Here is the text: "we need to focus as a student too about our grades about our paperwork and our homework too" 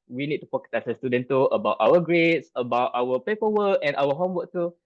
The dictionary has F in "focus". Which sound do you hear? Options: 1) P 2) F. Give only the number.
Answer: 1